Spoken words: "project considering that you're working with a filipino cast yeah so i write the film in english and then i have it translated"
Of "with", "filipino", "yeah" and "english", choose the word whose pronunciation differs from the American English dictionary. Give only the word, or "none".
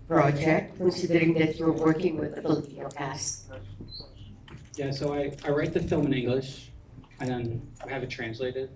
filipino